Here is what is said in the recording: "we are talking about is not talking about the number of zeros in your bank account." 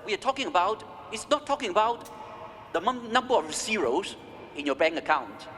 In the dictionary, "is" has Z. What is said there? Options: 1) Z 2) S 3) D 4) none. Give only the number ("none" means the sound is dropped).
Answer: 2